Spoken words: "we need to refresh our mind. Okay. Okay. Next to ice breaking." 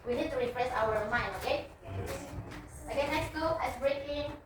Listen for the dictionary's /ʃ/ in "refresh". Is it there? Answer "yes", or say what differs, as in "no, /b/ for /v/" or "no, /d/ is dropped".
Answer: no, /s/ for /ʃ/